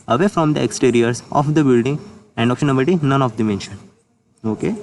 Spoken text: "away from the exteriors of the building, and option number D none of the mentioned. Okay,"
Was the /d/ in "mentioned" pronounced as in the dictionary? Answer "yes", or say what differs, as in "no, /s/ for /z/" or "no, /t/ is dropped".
no, /d/ is dropped